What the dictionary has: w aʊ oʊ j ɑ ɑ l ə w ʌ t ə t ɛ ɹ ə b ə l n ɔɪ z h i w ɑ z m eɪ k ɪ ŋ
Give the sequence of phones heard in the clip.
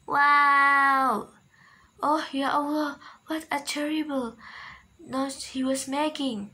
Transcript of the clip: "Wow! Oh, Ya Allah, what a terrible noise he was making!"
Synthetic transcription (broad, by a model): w aʊ oʊ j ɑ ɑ w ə w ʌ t ə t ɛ ɹ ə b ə l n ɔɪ h i w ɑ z m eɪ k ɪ ŋ